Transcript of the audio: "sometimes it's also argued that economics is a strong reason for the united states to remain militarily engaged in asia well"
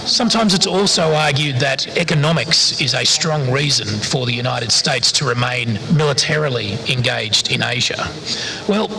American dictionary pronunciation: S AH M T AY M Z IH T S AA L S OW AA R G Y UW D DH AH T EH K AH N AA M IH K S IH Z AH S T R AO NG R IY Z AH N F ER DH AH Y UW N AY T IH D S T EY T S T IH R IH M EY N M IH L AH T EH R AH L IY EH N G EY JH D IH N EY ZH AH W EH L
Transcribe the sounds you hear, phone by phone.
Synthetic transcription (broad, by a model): S AH M T AY M Z IH T S AA L S OW AA R G Y UW D DH AH T EH K AH N AA M IH K S IH Z AH S T R AO NG R IY Z AH N F ER DH AH Y UW N AY T IH D S T EY T S T IH R IH M EY N M IH L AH T EH R L IY EH N G EY JH D IH N EY ZH AH W EH L